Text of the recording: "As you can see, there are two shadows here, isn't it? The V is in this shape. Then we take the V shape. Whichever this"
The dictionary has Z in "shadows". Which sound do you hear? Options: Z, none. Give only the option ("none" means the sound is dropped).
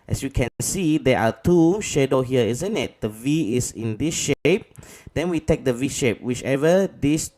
none